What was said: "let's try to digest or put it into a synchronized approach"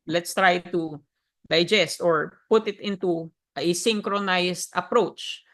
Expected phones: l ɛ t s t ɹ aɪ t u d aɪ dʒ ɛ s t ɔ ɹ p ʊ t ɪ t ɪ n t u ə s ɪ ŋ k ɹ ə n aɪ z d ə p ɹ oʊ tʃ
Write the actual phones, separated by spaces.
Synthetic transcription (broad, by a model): l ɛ t s t ɹ aɪ t u d aɪ dʒ ɛ s t ɔ ɹ p ʊ t ɪ t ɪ n t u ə s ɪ ŋ k ɹ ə n aɪ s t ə p ɹ oʊ tʃ